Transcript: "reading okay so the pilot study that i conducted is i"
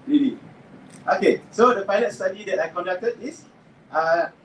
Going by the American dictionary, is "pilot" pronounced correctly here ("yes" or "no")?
no